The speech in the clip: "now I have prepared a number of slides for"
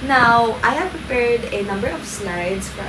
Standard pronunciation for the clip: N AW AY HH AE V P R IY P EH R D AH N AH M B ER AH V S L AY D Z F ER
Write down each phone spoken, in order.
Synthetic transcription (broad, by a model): N AW AY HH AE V P R IY P EH R D AH N AH M B ER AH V S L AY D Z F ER